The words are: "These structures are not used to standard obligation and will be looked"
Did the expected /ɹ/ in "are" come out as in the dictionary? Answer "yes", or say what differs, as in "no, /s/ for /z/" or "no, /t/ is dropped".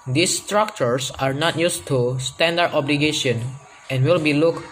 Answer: yes